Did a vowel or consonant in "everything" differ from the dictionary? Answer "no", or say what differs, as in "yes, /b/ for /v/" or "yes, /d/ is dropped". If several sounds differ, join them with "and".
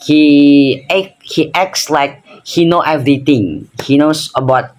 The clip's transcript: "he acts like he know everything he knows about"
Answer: yes, /t/ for /θ/